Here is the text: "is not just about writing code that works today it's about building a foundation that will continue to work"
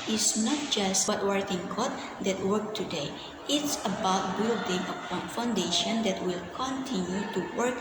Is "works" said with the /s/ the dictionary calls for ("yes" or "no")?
no